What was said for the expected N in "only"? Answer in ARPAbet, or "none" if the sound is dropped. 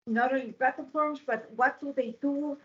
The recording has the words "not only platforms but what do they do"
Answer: none